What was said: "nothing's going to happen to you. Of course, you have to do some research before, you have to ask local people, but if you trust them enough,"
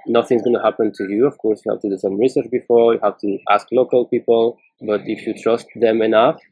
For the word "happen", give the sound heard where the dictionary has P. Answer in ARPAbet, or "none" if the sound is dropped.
P